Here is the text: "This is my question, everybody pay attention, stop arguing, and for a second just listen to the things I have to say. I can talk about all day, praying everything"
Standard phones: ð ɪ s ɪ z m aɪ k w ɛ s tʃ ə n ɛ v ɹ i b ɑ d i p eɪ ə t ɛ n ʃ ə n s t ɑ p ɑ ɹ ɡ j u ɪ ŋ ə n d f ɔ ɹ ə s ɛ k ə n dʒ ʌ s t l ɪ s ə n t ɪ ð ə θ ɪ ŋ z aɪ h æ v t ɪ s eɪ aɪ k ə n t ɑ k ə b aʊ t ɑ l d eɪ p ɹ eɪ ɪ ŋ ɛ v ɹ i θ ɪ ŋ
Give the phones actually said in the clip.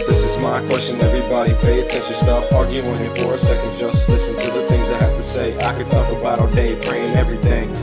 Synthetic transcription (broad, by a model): ð ɪ s ɪ z m aɪ k w ɛ s tʃ ə n ɛ v ɹ i b ɑ d i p eɪ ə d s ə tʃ s t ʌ f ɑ ɹ ɡ j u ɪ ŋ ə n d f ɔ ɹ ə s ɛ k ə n dʒ ʌ s t l ɪ s ə n t ɪ ð ə θ ɪ ŋ z aɪ h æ f t ɪ s eɪ aɪ k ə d t ɑ k ə b aʊ t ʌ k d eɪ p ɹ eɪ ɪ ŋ ɛ v ɹ i θ ɪ ŋ